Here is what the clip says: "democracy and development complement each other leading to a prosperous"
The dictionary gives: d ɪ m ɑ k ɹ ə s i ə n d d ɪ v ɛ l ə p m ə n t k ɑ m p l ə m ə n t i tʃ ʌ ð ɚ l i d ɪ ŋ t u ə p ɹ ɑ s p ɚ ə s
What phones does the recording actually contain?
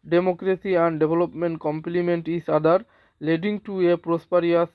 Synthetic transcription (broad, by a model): d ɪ m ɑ k ɹ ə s i ə n d d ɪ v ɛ l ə p m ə n t k ɑ m p l ə m ə n t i s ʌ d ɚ l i d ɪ ŋ t u ə p ɹ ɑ s p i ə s